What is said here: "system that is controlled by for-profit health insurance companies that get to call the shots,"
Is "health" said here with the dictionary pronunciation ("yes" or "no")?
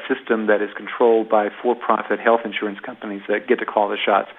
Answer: yes